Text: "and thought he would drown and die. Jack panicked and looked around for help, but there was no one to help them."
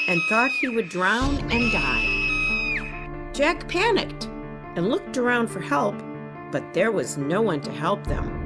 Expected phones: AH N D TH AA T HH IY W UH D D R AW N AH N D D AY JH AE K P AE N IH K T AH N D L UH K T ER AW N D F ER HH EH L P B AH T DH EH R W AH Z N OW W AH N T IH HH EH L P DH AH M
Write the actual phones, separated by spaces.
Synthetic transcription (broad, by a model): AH N TH AA T HH IY W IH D D R AW N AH N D D AY JH AE K P AE N IH K T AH N L UH K T ER AW N D F ER HH EH L P B AH T DH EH R W AH Z N OW W AH N T IH HH EH L P DH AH M